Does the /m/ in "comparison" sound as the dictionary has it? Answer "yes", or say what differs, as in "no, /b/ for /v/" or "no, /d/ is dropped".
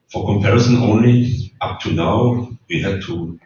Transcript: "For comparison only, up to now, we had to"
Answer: yes